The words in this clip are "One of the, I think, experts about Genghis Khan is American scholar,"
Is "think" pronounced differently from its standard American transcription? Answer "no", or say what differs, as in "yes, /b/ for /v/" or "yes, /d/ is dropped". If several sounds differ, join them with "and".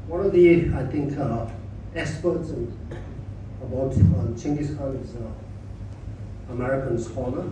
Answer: yes, /t/ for /θ/